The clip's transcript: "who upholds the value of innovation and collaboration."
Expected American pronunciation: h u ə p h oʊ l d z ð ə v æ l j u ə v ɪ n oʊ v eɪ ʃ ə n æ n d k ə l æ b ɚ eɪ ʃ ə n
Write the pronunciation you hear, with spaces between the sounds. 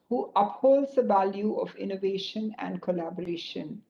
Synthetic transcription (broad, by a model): h u ə p h oʊ l d z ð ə v æ l j u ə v ɪ n oʊ v eɪ ʃ ə n æ n d k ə l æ b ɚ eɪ ʃ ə n